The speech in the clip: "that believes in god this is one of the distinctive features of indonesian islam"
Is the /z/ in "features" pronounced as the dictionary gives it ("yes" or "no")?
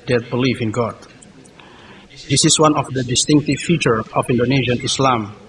no